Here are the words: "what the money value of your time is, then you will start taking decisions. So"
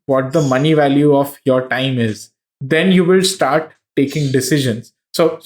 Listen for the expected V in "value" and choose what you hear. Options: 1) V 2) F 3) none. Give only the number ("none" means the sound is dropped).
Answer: 1